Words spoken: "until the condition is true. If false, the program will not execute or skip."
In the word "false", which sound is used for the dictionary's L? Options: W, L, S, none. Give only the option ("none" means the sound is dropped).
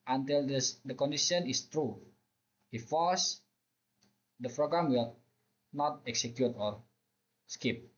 none